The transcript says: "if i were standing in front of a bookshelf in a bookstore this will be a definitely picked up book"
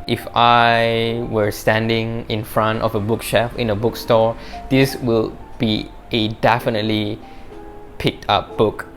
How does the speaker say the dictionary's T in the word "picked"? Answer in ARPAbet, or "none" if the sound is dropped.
T